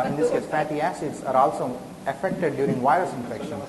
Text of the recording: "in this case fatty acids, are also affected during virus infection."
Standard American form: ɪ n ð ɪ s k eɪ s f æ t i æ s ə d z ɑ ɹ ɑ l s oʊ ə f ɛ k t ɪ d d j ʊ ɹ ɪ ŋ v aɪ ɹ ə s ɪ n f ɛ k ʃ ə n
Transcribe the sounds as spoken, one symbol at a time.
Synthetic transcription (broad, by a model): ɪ n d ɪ s k eɪ s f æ t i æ s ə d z ɑ ɹ ɑ l s oʊ ə f ɛ k t ɪ d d j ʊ ɹ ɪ ŋ v aɪ ɹ ə s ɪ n f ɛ k ʃ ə n